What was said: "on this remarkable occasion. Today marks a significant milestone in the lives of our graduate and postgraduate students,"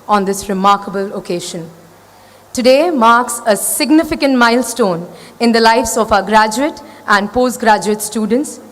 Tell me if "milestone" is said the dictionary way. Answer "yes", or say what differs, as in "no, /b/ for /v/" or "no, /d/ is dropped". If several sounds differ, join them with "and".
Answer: yes